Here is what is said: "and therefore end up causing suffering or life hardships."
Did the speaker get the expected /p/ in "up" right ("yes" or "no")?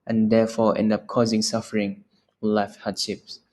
yes